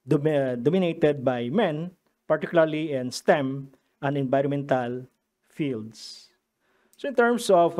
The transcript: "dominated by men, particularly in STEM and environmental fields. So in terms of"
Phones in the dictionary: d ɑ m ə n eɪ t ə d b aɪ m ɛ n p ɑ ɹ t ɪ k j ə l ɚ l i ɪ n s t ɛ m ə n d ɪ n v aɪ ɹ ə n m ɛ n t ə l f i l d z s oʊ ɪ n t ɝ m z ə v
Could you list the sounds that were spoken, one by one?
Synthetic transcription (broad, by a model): d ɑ m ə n eɪ t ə d b aɪ m ɛ n p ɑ ɹ t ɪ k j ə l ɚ l i ɪ n s t ɛ m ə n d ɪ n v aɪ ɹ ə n m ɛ n t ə l f i l d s s oʊ ɪ n t ɝ m s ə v